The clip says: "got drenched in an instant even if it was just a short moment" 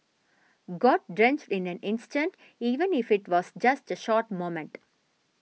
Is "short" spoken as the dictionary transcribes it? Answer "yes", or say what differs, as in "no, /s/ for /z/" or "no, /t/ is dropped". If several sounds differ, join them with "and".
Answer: yes